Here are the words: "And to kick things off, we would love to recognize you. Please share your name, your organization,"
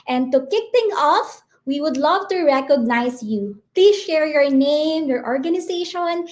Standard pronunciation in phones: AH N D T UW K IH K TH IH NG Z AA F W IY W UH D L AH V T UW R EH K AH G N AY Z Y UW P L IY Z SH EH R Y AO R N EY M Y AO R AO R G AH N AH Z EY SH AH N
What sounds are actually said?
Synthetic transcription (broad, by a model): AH N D T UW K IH K T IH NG AA F W IY W UH D L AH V T UW R EH K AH G N AY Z Y UW P L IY SH EH R Y AO R N EY M Y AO R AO R G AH N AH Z EY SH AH N